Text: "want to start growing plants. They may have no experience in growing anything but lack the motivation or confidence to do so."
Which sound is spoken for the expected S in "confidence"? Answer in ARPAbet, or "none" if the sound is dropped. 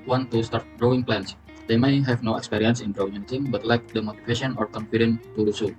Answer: none